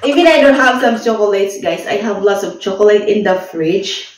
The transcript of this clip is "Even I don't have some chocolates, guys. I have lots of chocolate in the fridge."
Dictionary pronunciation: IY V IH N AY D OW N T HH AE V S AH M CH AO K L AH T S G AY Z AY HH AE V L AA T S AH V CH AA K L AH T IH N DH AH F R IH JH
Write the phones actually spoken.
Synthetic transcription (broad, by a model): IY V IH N AY D OW N T HH AE V S AH M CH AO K L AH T S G AY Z AY HH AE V L AA T S AH V CH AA K L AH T IH N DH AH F R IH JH